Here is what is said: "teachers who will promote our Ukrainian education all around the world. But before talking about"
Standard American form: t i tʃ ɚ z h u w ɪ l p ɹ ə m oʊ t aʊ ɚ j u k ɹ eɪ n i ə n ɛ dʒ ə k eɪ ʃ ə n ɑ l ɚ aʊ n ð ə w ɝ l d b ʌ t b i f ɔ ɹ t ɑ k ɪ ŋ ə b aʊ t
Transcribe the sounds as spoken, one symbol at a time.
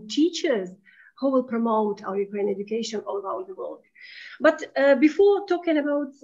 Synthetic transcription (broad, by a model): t i tʃ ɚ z h u w ɪ l p ɹ ə m oʊ t aʊ ɚ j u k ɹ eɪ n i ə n ɛ dʒ ə k eɪ ʃ ə n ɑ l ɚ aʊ l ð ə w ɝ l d b ʌ t b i f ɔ ɹ t ɑ k ɪ ŋ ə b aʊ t